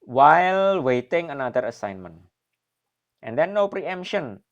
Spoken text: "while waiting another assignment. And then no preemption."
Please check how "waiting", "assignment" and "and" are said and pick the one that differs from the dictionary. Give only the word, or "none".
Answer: none